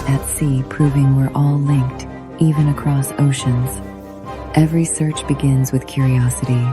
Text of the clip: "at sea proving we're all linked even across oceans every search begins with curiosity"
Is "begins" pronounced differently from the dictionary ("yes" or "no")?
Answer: no